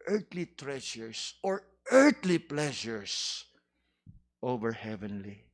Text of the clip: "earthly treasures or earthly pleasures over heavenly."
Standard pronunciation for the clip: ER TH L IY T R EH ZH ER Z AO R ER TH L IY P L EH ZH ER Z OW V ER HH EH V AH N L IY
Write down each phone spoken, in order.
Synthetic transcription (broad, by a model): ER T L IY T R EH SH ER S AO R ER T L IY P L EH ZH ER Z OW V ER HH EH V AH N L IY